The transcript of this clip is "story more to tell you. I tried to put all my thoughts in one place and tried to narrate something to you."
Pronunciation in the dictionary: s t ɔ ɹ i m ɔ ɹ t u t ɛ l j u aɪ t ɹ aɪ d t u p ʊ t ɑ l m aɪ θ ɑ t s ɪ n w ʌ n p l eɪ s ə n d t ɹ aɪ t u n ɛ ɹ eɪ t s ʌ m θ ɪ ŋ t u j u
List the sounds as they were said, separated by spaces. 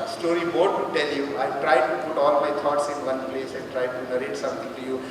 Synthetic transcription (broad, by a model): s t ɔ ɹ i m ɔ ɹ t u t ɛ l j u aɪ t ɹ aɪ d t u p ʊ t ɑ l m aɪ t ɑ t s ɪ n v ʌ n p l eɪ s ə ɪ t ɹ aɪ t u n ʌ ɹ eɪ t s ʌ m t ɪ ŋ t u j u